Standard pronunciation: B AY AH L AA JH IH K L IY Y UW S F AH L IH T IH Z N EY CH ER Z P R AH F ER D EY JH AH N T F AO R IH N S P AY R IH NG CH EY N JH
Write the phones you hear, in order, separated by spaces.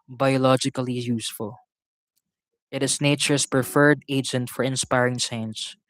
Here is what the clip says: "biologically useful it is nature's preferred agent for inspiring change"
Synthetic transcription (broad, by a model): B AY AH L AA JH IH K L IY Y UW S F AH L IH T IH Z N EY CH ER S P R AH F ER D EY JH AH N T F AO R IH N S P AY R IH NG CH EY N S